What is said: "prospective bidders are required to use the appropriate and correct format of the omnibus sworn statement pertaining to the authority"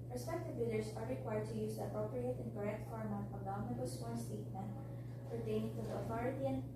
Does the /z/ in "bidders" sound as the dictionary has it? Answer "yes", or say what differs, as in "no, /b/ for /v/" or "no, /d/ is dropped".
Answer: no, /s/ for /z/